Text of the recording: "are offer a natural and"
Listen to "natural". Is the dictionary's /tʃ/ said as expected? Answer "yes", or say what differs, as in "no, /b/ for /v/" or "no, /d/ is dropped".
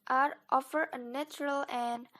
yes